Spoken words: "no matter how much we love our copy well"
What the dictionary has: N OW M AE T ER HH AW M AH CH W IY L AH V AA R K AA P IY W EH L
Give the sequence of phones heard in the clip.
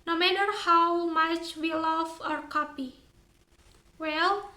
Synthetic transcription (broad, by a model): N OW M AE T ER HH AW M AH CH W IY L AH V AA R K AA P IY W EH L